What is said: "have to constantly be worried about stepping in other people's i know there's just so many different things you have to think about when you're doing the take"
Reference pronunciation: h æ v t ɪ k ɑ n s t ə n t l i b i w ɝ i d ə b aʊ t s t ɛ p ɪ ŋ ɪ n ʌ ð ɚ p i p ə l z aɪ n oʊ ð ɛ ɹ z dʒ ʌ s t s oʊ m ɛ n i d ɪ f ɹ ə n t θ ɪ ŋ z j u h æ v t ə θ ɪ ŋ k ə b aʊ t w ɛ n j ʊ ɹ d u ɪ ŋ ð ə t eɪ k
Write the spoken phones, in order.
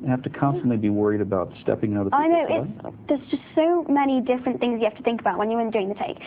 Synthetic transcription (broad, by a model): h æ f t ɪ k ɑ n s t ə n t l i b i w ɝ i d ə b aʊ t s t ɛ p ɪ ŋ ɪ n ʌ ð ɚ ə aɪ n oʊ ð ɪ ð z dʒ ʌ s t s oʊ m ɛ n i d ɪ f ɹ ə n θ ɪ ŋ z j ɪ h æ f t ə θ ɪ ŋ k ə b aʊ t w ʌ n j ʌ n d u ɪ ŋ ð ə t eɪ k